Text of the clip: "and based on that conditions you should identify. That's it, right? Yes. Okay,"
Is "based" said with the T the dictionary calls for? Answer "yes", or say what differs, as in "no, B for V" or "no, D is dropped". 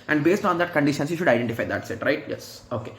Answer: yes